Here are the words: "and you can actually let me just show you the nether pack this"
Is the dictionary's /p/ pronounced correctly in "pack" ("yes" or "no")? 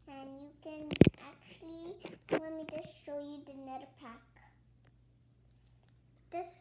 yes